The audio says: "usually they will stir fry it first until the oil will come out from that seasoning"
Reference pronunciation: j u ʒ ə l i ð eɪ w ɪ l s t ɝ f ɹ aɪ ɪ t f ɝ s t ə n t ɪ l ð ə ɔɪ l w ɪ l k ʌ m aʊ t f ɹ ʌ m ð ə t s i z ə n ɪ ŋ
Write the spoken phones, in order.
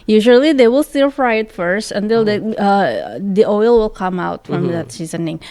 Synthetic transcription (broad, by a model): j u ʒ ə l i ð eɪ w ɪ l s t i f ɹ aɪ ɪ t f ɝ s t ə n t ɪ l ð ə ɔɪ l w ɪ l k ʌ m aʊ t f ɹ ʌ m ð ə t s i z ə n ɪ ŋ